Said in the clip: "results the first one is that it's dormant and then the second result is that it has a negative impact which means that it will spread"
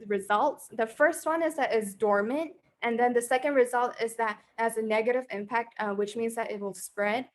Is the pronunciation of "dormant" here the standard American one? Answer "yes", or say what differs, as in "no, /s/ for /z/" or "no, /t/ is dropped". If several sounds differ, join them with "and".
yes